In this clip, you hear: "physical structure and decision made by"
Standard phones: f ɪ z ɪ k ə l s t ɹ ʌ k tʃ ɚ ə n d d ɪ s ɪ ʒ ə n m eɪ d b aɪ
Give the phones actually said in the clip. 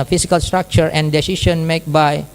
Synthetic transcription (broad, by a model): f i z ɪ k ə l s t ɹ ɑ k tʃ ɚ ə n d d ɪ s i ʃ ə n m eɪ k b aɪ